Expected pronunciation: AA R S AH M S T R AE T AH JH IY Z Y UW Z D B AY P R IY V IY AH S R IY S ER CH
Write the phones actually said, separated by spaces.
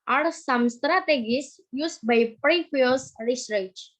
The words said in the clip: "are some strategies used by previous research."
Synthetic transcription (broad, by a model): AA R S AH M S T R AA T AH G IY S Y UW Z B AY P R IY F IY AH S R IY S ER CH